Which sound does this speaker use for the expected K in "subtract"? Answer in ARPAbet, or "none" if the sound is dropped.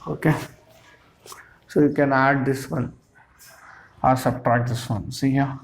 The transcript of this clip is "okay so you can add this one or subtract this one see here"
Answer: none